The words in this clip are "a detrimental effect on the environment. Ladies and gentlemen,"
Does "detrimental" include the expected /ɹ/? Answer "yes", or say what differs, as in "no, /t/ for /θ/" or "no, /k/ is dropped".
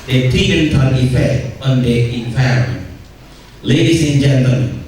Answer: no, /ɹ/ is dropped